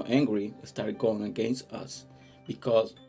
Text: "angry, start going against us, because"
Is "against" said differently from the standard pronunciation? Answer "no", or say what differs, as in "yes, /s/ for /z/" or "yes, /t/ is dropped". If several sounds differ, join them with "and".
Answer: no